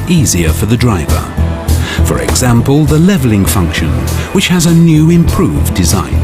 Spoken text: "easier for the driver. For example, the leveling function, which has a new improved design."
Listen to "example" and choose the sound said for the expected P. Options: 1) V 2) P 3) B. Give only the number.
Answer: 2